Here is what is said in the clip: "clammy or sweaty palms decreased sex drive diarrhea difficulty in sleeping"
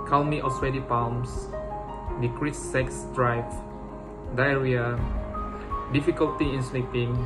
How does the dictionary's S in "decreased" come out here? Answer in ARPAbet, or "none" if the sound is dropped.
none